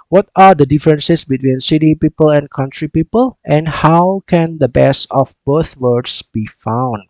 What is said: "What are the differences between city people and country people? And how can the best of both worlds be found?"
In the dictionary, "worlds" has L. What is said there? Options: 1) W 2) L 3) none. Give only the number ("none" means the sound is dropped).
3